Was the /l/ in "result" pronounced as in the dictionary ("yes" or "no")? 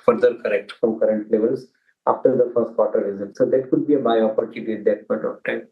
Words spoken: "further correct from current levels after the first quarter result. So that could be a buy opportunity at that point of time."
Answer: no